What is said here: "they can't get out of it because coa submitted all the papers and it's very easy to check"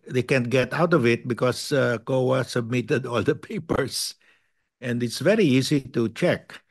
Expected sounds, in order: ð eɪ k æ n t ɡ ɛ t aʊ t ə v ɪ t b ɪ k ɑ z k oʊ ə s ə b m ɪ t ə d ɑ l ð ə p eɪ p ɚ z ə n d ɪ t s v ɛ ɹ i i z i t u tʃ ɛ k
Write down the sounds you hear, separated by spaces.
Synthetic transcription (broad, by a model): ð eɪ k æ n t ɡ ɛ t aʊ t ə v ɪ t b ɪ k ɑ s k oʊ ə s ə b m ɪ t ə d ɑ l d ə p eɪ p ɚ s ə n d ɪ t s v ɛ ɹ i i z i t u tʃ ɛ k